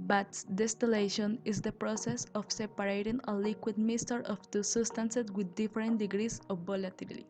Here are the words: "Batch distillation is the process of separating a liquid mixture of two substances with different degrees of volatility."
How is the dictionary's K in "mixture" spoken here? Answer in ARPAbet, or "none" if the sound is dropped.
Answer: none